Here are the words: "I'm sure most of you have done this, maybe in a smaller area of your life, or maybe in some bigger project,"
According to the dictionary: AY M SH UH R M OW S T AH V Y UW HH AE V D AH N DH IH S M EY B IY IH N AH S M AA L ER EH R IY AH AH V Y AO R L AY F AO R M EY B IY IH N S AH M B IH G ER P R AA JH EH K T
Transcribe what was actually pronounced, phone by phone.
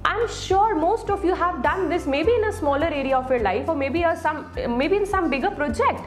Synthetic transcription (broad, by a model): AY M SH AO R M OW S T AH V Y UW HH AE V D AH N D IH S M EY B IY IH N AH S M AA L ER EH R IY AH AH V Y AO R L AY F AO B M EY B IY IH N S AH M B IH G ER P R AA JH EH K T